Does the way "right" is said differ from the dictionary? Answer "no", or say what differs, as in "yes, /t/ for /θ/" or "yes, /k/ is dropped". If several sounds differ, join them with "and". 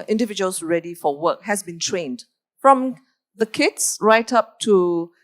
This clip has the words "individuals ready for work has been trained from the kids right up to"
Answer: no